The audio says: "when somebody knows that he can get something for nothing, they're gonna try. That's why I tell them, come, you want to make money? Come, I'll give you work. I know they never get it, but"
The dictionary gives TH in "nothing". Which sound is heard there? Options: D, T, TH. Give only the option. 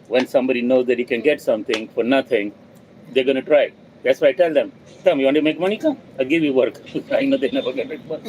T